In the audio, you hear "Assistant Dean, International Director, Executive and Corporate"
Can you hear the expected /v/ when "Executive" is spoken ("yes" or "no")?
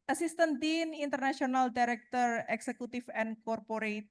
no